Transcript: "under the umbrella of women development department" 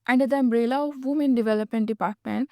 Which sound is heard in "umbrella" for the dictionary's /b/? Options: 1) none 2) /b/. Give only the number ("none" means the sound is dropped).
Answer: 2